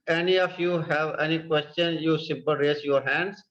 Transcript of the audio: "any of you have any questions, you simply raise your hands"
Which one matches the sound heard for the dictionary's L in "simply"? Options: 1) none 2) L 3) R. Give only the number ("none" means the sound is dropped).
1